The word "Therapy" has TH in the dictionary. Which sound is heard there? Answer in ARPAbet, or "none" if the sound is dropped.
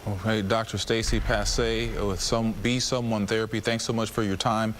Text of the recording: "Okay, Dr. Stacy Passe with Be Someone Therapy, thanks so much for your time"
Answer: TH